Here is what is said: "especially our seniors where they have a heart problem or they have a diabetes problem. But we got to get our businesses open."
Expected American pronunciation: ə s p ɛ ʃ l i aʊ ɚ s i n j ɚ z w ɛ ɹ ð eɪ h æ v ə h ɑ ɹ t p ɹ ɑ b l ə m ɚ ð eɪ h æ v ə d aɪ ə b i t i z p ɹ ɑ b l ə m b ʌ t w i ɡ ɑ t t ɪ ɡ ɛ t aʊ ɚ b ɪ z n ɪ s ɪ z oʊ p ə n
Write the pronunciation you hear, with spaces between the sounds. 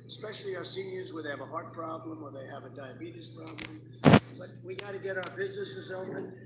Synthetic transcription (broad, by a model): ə s p ɛ ʃ l i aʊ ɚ s i n j ɚ z w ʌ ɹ ð eɪ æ v ə h ɑ ɹ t p ɹ ɑ b l ə m ɚ ð eɪ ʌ v ə d aɪ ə b i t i s p ɹ ɑ b l ə m b ʌ t w i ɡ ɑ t t ɪ ɡ ɛ t aʊ ɚ b ɪ z n ɪ s ɪ z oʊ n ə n